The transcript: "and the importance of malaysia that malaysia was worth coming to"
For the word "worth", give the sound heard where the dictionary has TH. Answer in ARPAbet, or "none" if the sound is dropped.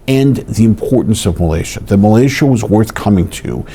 TH